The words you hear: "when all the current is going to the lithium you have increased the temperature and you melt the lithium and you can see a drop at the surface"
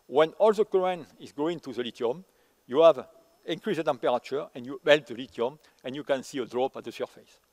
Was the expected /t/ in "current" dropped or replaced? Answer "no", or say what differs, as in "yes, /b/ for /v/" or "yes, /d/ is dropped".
yes, /t/ is dropped